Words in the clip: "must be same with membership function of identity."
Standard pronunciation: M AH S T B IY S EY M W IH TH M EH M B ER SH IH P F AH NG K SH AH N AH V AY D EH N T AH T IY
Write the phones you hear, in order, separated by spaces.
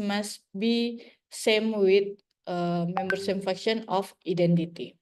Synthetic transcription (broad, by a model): M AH S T B IY S EY M W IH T M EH M B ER S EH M F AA K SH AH N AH F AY D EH N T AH T IY